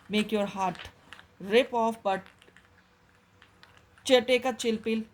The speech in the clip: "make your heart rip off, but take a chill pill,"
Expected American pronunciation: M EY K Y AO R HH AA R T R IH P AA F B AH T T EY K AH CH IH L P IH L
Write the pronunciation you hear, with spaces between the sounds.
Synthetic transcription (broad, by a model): M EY K Y AO R HH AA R T R IH P AA F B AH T T EY K AH CH IH L P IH L